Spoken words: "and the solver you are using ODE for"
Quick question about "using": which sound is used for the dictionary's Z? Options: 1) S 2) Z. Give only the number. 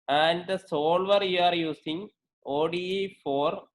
1